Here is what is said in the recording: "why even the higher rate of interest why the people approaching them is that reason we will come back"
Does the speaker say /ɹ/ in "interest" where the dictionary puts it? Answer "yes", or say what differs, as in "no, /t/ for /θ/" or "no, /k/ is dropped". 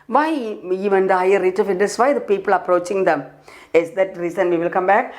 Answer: no, /ɹ/ is dropped